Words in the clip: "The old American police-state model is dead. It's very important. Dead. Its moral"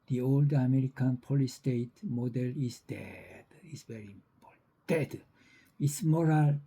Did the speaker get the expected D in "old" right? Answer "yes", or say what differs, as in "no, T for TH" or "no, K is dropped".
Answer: yes